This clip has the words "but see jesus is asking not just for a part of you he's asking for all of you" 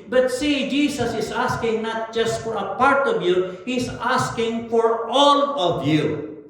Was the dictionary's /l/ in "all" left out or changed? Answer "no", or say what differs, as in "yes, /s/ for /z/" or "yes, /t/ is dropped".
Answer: no